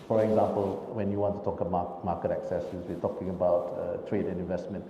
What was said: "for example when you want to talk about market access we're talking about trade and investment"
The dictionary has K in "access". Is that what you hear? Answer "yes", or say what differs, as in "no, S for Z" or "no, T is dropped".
yes